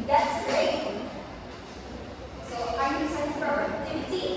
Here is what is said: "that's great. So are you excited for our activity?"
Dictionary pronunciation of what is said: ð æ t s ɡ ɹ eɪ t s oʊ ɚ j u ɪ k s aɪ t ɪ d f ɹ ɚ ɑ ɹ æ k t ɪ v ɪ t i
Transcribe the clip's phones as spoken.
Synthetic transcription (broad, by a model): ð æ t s ɡ ɹ eɪ t s oʊ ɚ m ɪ s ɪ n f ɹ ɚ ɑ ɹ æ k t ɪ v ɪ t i